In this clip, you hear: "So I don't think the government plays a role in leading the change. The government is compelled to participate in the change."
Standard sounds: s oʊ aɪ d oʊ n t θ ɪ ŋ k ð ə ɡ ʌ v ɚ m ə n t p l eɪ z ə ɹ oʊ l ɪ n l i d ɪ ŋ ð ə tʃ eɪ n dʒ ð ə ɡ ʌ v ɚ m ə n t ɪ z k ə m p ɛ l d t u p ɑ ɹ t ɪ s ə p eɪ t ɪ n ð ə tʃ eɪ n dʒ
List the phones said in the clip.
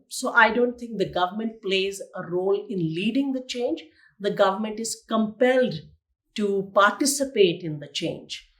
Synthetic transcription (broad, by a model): s oʊ aɪ d oʊ n t t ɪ ŋ k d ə ɡ ʌ v ɚ m ə n t p l eɪ z ə ɹ oʊ l ɪ n l i d ɪ ŋ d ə tʃ eɪ n dʒ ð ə ɡ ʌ v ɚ m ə n t ɪ z k ə m p ɛ l d t u p ɑ ɹ t ɪ s ə p eɪ t ɪ n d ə tʃ eɪ n dʒ